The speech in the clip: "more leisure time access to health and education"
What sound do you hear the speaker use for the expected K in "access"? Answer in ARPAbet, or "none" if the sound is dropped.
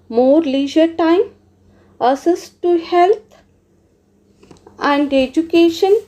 none